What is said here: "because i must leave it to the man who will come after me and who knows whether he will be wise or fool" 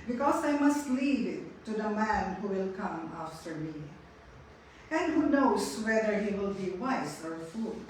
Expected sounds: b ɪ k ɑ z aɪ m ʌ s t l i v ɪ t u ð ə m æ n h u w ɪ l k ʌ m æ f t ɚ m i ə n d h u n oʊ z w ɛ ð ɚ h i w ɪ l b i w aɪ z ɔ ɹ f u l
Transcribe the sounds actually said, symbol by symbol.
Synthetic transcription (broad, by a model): b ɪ k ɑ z aɪ m ʌ s t l i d ɪ t u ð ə m æ n h u w ɪ l k ʌ m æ f t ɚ m i ə n d h u n oʊ s w ɛ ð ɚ h i w ɪ l b i w aɪ s ɔ ɹ f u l